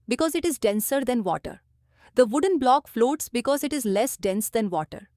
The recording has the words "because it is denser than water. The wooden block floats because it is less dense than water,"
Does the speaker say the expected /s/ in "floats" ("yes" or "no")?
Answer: yes